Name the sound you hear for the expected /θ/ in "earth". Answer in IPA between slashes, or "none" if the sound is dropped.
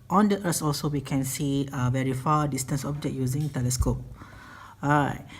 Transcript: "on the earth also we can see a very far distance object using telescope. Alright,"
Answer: /s/